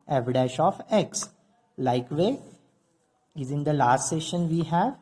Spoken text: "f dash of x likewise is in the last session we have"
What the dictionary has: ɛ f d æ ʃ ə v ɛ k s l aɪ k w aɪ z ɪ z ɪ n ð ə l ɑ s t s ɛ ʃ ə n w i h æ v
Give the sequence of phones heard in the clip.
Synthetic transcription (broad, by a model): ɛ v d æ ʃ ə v ɛ k s l aɪ k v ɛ ɪ z ɪ n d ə l ɑ s t s ɛ ʃ ə n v i h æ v